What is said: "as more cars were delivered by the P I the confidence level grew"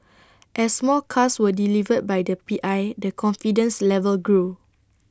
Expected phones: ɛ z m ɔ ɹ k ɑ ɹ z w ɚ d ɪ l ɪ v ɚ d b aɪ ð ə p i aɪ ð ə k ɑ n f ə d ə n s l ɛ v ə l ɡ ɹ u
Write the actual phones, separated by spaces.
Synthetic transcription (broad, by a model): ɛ s m ɔ l k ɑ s w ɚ d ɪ l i v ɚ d b aɪ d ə p i aɪ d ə k ɑ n f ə d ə n s l ɛ v ə l ɡ ɹ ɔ